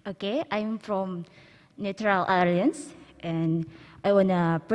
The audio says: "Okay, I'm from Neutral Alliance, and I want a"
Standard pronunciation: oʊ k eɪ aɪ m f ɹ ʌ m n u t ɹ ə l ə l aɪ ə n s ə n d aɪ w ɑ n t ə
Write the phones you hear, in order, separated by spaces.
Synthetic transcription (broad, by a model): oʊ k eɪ aɪ m f ɹ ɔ m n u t ɹ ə l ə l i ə n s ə n aɪ w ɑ n ə